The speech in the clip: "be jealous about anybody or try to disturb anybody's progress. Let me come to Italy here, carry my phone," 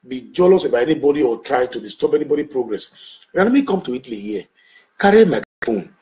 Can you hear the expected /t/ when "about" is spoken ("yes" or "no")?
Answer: no